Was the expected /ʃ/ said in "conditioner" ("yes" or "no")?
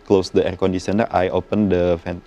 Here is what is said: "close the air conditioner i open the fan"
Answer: no